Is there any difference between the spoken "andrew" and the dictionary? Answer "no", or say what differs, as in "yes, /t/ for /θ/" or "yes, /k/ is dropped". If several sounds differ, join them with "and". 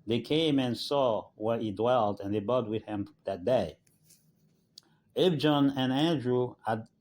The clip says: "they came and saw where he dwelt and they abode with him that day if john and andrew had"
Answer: no